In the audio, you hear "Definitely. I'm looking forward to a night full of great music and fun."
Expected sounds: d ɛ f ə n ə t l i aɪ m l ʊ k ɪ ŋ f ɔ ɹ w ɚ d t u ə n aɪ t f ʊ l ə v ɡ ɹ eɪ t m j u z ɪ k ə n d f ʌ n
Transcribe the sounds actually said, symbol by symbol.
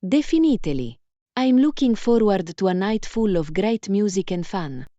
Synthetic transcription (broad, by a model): d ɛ f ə n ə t l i aɪ m l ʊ k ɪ ŋ f ɔ ɹ w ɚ d t u ə n aɪ t f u l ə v ɡ ɹ eɪ t m j u z ɪ k ə n d f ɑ n